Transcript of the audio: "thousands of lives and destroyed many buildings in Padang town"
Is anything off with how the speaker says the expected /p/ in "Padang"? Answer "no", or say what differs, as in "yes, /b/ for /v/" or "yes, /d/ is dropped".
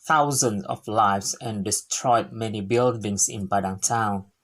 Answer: yes, /b/ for /p/